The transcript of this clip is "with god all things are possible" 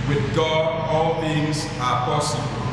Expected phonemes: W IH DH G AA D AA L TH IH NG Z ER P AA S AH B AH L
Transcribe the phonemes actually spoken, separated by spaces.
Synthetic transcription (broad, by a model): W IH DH G AA D AA L TH IH NG Z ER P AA S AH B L